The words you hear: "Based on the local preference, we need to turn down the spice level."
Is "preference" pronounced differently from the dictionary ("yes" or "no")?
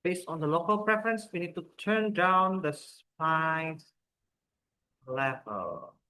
no